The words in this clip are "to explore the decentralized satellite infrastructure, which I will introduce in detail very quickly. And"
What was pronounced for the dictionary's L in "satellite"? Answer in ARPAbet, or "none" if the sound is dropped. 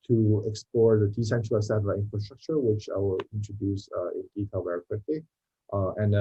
none